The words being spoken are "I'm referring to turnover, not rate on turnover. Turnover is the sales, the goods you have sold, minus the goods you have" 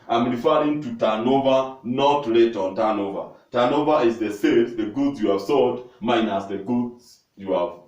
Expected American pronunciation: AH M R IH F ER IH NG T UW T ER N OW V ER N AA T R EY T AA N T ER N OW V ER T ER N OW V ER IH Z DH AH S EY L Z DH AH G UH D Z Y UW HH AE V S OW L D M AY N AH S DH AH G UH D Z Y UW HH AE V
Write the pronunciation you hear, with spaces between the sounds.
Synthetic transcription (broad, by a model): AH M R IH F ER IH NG T UW T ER N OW V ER N AA T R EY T AA N T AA N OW V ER T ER N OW V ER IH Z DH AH S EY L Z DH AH G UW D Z Y UW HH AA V S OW D M AY N AH S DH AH G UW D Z Y UW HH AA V